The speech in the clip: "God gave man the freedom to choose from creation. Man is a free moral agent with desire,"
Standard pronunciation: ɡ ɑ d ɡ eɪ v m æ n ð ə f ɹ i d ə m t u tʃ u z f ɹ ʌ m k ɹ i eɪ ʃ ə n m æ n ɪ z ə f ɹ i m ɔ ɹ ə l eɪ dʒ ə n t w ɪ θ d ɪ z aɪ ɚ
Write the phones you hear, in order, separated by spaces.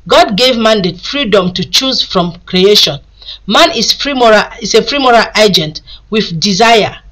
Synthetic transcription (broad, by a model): ɡ ɑ d ɡ eɪ v m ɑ n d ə f ɹ i d ə m t u tʃ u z f ɹ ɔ m k ɹ i eɪ ʃ ə n m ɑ n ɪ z ə f ɹ i m ɔ ɹ ə l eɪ dʒ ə n t w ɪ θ d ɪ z aɪ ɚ